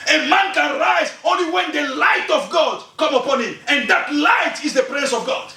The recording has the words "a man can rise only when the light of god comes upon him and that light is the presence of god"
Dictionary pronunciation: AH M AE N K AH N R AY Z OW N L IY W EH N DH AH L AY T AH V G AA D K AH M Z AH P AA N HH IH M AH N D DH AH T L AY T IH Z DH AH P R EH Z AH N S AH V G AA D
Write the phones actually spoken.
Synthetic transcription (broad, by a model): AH M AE N K AH N R AY Z OW N L IY W EH N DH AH L AY T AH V G AA D K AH M AH P AA N HH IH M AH N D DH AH T L AY T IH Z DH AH P R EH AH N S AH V G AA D